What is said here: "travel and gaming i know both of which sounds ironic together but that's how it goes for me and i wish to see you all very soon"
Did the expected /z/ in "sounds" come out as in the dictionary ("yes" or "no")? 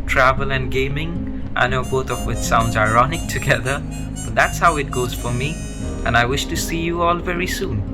yes